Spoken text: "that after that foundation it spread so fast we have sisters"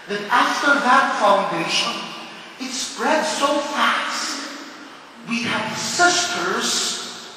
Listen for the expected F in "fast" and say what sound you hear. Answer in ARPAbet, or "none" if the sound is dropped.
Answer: F